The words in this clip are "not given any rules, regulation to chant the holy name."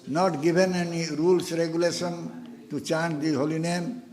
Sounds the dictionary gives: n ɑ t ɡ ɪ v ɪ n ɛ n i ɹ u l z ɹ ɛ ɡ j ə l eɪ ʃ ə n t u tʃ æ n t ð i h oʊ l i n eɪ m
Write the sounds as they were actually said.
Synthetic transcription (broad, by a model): n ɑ t ɡ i b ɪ n ɛ n i ɹ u l s ɹ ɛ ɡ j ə l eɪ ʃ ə n t u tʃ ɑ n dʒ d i h oʊ l i n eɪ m